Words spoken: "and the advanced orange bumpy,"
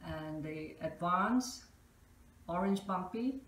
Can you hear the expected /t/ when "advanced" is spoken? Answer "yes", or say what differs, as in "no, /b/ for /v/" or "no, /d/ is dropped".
no, /t/ is dropped